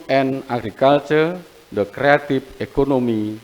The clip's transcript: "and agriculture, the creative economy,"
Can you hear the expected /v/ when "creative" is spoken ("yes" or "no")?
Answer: no